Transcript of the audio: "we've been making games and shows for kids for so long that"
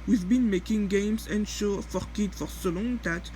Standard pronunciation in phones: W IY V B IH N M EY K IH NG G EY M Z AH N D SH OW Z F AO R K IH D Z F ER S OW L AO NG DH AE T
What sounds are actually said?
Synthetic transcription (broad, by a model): W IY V B IH N M EY K IH NG G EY M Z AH N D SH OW F AO R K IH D F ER S OW L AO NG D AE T